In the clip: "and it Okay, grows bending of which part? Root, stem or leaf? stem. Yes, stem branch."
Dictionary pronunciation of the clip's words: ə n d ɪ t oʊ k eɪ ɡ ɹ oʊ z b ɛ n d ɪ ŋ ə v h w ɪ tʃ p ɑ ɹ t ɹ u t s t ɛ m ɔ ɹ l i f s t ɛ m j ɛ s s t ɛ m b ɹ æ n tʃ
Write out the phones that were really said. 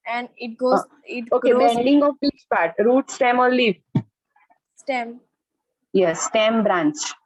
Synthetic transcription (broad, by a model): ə n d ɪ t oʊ ɪ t oʊ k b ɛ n d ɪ ŋ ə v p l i s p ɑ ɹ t ɹ u t s t ɛ m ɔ l l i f s t ɛ m j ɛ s s t ɛ m b ɹ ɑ n tʃ